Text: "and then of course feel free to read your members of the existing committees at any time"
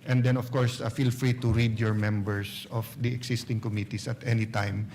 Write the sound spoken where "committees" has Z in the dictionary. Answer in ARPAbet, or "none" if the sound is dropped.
S